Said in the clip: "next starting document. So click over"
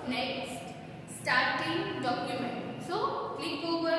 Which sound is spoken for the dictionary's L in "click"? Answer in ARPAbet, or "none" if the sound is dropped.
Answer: none